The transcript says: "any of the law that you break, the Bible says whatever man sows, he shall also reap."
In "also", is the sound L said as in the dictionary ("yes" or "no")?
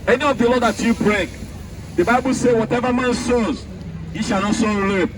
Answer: no